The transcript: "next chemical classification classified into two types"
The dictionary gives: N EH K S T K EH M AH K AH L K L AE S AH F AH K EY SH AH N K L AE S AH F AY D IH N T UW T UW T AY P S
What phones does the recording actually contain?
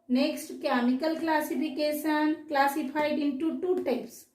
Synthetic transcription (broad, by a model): N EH K S T K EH M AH K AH L K L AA S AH P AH K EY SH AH N K L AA S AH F AY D IH N T UW T UW T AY P S